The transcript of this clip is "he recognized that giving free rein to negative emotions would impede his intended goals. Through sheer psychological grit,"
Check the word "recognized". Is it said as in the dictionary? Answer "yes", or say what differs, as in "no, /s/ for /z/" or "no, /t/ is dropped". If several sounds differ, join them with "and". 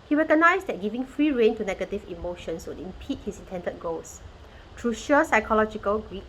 no, /s/ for /z/